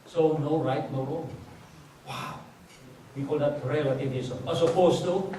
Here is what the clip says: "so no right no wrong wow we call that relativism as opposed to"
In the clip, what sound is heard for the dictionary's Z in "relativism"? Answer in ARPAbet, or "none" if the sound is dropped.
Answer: S